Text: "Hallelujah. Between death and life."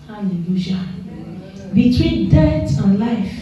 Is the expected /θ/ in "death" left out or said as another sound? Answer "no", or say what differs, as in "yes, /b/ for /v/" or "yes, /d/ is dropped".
yes, /t/ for /θ/